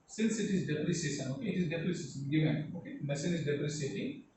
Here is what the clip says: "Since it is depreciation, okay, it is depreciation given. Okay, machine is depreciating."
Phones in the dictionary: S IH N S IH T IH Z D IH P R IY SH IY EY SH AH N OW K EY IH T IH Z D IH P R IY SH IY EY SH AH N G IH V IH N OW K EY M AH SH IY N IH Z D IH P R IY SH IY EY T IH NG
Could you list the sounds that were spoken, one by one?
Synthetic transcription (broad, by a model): S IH N S IH T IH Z D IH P R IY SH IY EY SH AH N OW K EY IH T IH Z D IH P R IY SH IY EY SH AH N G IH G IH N OW K EY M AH S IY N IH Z D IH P R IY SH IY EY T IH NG